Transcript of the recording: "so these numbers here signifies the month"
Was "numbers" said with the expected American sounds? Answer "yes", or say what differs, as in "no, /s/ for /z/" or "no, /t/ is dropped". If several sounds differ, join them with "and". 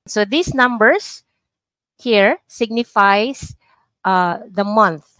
no, /s/ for /z/